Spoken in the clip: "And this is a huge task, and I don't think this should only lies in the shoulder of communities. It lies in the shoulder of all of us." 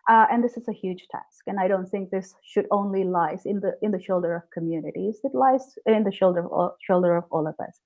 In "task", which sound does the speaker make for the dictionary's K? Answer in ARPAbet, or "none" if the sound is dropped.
K